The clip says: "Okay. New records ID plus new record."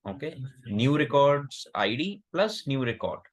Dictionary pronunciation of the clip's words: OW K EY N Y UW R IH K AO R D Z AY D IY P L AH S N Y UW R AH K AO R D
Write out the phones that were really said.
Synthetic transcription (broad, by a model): OW K EY N Y UW R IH K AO R D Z AY D IY P L AH S N Y UW R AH K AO R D